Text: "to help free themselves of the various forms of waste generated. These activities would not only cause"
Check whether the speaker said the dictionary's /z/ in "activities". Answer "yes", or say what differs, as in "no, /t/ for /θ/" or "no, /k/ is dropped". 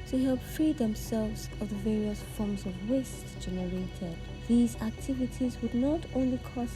yes